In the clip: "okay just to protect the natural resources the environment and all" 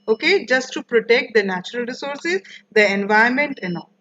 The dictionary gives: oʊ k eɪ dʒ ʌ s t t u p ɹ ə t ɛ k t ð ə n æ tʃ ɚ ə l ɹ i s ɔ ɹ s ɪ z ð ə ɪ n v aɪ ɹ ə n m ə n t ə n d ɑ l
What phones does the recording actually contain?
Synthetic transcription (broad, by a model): oʊ k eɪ dʒ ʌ s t t u p ɹ ə t ɛ k t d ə n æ tʃ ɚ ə l ɹ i s ɔ ɹ s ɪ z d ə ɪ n v aɪ ə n m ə n t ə n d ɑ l